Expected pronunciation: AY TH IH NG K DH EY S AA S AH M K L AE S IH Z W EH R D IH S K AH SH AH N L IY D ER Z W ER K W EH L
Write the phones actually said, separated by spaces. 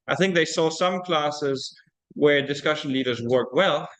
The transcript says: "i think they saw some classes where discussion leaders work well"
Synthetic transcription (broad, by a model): AY TH IH NG K DH EY S AA S AH M K L AE S IH Z W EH R D IH S K AH SH AH N L IY D ER Z W ER K W EH L